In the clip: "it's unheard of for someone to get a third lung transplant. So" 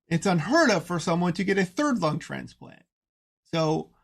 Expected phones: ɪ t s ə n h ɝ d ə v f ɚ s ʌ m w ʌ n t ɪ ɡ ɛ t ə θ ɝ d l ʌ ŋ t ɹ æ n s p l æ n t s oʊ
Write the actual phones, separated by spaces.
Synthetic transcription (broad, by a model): ɪ t s ə n h ɝ d ə v f ɚ s ʌ m w ʌ n t ɪ ɡ ɛ t ə θ ɝ d l ʌ ŋ t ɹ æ n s p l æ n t s oʊ